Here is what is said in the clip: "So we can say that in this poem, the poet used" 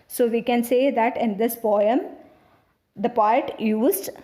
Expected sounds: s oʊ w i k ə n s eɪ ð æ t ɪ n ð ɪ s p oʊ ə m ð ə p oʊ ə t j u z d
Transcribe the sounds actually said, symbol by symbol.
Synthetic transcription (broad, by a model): s oʊ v i k ə n s eɪ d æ t ɪ n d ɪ s b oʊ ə m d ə p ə t j u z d